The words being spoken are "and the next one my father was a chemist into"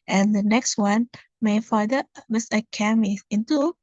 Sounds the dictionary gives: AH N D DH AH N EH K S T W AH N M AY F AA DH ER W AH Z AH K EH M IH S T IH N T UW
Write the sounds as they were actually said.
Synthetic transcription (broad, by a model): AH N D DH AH N EH K S T W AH N M AY F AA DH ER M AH S AH K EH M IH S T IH N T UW